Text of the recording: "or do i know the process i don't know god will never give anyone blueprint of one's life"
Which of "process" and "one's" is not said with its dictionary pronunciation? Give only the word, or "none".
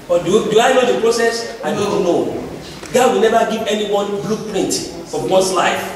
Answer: one's